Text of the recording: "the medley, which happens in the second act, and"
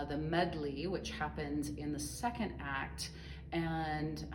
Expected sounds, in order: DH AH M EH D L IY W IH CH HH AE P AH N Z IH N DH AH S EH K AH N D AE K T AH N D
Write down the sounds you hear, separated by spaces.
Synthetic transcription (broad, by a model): DH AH M EH D L IY W IH CH HH AE P AH N Z IH N DH AH S EH K AH N D AE K T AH N